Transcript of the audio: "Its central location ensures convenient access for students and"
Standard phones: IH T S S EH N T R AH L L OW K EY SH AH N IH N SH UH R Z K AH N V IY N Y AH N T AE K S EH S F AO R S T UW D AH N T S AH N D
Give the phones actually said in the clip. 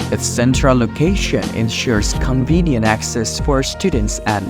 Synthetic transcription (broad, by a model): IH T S S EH N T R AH L L OW K EY SH AH N IH N SH UH R Z K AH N V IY N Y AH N T AE K S EH S F AO R S T UW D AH N T S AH N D